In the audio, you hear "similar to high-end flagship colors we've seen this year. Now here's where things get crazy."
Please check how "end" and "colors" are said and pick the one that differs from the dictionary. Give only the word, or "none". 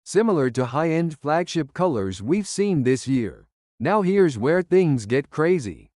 none